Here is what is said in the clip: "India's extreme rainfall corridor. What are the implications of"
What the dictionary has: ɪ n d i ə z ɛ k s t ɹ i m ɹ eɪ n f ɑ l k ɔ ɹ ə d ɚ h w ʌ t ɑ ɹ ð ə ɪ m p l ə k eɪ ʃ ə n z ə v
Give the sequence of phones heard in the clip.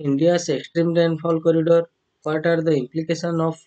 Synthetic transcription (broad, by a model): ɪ n d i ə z ɛ k s t ɹ i m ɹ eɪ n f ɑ l k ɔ ɹ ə d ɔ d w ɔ t ɑ ɹ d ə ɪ m p l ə k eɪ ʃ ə n ə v